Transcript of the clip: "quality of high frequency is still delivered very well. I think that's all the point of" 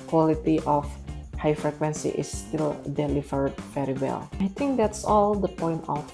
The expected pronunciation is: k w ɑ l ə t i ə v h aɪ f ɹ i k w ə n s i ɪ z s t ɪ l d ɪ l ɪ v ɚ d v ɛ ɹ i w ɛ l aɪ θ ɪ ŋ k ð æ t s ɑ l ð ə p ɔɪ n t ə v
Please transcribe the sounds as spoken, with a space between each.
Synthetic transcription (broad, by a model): k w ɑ l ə t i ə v h aɪ f ɹ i k w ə n s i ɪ s t ɪ l d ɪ l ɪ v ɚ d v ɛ ɹ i w ɛ l aɪ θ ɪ ŋ k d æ t s ɑ l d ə p ɔɪ n t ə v